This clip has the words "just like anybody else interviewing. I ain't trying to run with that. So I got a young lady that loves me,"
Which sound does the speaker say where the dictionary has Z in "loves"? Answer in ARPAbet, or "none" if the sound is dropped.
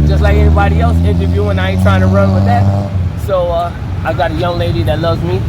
Z